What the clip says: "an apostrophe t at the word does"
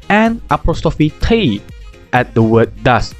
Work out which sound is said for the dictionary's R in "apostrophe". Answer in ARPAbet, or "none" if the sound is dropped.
none